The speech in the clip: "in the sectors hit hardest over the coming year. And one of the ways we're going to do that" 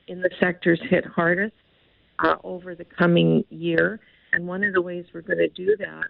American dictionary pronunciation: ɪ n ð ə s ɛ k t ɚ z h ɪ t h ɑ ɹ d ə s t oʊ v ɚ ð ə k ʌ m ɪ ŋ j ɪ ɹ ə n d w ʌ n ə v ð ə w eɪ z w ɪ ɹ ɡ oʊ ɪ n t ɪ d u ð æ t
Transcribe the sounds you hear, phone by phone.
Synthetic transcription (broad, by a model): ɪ n ð ə s ɛ k t ɚ z h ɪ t h ɑ ɹ d ə s t oʊ v ɚ ð ə k ʌ m ɪ ŋ j ɪ ɹ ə n w ʌ n ə v ð ə w eɪ z w ɪ ɹ ɡ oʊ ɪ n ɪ d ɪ ð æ t